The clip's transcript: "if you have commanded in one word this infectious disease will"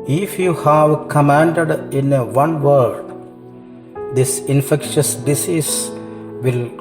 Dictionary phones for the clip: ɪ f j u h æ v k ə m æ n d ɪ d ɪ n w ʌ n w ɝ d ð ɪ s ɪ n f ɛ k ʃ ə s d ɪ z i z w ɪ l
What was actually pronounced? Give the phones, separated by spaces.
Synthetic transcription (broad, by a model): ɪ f j u h æ v k ə m æ n d ɪ d ɪ n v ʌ n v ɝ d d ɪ s ɪ n f ɛ k ʃ ə s d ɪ s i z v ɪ l